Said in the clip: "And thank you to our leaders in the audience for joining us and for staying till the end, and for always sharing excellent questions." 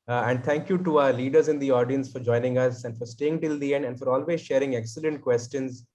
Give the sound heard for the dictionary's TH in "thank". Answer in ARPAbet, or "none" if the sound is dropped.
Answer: T